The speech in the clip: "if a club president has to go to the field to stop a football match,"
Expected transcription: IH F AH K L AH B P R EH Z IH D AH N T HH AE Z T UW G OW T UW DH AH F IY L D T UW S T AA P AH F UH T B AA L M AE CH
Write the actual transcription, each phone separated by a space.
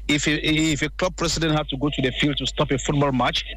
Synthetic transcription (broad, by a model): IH F AH K L AH B P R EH S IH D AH N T HH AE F T UW G OW T UW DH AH F IY L D T UW S T AA P AH F UH T B AA L M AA CH